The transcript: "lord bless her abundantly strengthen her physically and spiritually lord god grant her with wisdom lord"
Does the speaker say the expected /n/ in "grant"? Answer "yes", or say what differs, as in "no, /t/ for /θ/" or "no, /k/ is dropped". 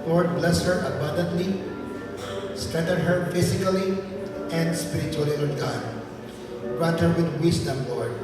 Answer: no, /n/ is dropped